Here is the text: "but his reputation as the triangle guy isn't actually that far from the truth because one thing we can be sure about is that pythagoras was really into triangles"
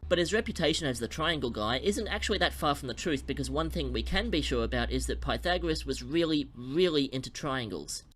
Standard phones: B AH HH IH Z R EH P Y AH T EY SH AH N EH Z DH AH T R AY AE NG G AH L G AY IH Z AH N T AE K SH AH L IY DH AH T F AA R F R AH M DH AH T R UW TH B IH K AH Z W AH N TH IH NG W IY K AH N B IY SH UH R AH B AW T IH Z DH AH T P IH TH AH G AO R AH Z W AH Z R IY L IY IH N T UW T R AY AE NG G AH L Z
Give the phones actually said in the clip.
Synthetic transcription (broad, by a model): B AH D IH Z R EH P Y AH T EY SH AH N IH Z DH AH T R AY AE NG G L G AY IH Z AH N T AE K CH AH L IY DH AH T F AA R F R AH M DH AH T R UW TH B IH K AH Z W AH N TH IH NG W IY K AH N B IY SH UH R AH B AW T IH Z DH AH T P IH TH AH G R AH S W AH Z R IY L IY IH N T UW T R AY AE NG G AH L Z